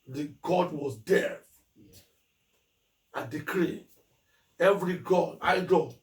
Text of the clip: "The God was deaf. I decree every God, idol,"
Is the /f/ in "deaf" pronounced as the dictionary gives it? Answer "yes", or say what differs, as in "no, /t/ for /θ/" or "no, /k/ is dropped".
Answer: no, /f/ is dropped